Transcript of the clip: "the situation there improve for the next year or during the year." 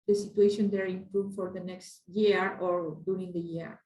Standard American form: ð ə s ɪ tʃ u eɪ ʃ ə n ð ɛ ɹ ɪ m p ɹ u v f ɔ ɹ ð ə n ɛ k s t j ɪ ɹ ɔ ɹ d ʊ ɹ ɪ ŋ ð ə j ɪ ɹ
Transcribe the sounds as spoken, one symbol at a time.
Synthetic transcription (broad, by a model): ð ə s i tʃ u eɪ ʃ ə n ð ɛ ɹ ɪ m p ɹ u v f ɔ ɹ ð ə n ɛ k s t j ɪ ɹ ɔ ɹ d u ɹ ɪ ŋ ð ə j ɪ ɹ